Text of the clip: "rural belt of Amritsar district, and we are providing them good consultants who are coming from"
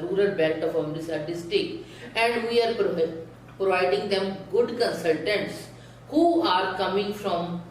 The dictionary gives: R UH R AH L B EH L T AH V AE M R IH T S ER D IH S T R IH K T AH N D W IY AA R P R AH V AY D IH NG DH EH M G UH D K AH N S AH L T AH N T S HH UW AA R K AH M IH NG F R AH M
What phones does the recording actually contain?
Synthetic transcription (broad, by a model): R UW R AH L B EH L T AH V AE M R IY S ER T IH S T IH K AH N D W IY AA R P R AH V AY D IH NG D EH M G UH D K AH N S AH L T AH N T S HH UW AA R K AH M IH NG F R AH M